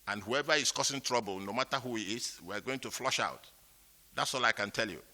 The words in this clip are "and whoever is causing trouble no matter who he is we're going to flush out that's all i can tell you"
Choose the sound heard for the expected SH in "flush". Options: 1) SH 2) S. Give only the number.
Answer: 1